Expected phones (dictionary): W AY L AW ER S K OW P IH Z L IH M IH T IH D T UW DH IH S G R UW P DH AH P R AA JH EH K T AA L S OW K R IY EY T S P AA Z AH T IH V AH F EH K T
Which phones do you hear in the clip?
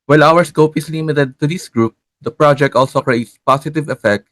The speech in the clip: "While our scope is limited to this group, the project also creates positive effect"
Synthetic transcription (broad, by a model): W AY L AW ER S K OW P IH S L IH M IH T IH D T UW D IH S G R UW P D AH P R AA JH EH K T AA L S OW K R IY EY T S P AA S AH T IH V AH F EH K T